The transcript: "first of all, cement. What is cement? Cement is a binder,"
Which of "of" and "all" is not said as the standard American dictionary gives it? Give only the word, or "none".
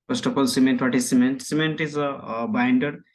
of